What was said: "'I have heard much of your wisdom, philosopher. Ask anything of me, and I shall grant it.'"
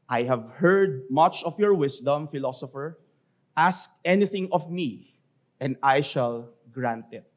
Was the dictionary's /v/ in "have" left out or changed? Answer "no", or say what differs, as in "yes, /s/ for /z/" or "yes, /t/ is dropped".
no